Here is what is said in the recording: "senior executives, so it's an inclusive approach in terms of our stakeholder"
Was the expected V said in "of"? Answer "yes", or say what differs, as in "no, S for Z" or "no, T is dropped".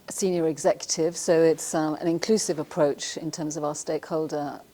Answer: yes